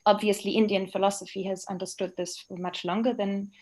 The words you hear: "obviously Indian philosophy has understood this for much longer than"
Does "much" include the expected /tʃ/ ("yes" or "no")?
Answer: yes